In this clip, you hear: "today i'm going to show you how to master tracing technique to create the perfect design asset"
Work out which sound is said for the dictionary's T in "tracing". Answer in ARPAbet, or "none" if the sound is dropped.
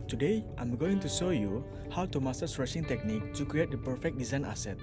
S